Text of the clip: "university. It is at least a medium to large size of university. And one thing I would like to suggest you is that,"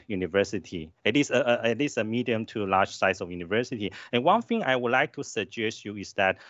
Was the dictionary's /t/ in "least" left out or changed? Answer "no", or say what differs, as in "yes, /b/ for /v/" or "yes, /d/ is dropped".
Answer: yes, /t/ is dropped